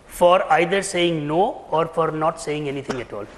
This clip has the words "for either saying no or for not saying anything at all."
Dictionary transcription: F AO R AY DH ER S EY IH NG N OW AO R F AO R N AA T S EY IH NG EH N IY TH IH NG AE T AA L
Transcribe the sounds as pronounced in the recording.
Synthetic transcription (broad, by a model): F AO R AY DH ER S EY IH NG N OW AO R F AO R N AA T S EY IH NG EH N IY T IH NG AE T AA L